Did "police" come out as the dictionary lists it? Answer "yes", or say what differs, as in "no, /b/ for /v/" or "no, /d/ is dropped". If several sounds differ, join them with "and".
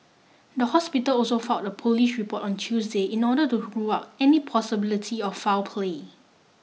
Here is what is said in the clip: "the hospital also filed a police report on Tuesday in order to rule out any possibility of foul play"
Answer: no, /ʃ/ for /s/